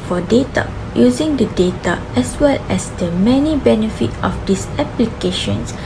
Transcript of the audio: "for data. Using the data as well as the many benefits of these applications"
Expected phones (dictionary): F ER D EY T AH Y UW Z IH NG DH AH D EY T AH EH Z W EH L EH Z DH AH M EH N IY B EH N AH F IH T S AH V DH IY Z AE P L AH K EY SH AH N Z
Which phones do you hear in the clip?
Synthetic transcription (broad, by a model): F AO D EY T AH Y UW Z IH NG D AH D EY T AH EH S W EH L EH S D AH M EH N IY B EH N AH F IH T AH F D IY S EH P L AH K EY SH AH N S